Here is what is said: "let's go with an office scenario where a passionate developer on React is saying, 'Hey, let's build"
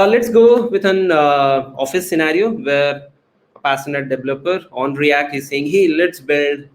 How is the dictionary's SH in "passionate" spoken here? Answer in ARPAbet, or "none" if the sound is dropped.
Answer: S